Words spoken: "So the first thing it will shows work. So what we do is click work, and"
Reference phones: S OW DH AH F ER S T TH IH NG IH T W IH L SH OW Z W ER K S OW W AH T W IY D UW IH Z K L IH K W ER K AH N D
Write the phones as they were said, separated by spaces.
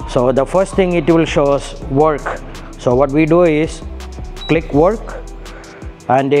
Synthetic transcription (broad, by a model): S OW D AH F ER S T T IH NG IH T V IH L SH OW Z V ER K S OW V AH T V IY D UW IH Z K L IH K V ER K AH N D